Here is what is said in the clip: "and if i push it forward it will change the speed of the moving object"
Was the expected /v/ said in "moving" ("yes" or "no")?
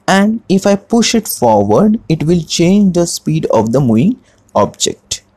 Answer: no